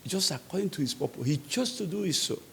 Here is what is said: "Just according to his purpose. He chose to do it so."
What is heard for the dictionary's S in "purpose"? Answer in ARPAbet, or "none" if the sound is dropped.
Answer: none